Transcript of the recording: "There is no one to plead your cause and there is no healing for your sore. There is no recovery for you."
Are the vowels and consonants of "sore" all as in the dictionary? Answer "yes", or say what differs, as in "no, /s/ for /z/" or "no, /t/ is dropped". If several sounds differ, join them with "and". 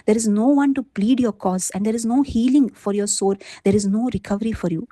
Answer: yes